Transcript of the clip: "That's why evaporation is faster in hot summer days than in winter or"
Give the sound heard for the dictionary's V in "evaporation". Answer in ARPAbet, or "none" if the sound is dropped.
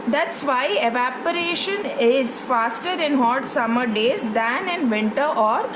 V